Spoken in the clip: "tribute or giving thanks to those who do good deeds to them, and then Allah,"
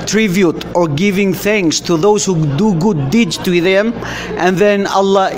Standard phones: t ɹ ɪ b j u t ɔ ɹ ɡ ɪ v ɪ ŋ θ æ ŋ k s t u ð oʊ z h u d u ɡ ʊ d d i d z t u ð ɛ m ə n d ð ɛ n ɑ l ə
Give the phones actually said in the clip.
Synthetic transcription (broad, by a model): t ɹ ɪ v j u t ɔ ɹ ɡ ɪ v ɪ ŋ θ æ ŋ k s t u ð oʊ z h u d u ɡ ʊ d d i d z t u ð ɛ m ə n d ð ɛ n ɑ l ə